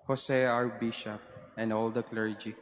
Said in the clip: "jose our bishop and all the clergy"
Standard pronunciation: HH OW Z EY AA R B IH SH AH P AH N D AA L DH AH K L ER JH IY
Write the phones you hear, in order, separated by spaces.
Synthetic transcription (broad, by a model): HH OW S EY AA R B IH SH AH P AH N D AA L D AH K L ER JH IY